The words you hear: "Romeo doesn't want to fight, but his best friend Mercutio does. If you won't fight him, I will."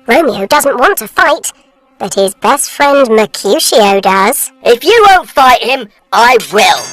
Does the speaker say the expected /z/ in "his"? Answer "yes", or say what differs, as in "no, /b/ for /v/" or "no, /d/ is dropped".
yes